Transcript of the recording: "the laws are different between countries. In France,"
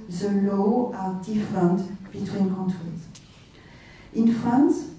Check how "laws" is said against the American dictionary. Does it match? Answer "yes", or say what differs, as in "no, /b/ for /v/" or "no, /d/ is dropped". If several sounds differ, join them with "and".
no, /z/ is dropped